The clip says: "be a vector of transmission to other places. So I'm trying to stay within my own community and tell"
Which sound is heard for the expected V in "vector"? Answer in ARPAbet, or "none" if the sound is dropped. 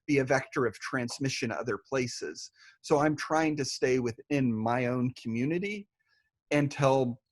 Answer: V